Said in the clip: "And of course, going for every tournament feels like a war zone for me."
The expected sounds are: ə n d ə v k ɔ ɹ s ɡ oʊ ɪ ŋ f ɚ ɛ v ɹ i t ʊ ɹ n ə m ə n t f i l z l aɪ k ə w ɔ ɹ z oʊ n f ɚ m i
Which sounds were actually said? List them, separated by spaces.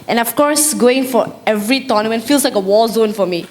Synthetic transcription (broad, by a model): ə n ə f k ɔ ɹ s ɡ oʊ ɪ ŋ f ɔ ɛ v ɹ i t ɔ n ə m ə n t f i l s l aɪ k ə w ɔ l z oʊ n f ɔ m i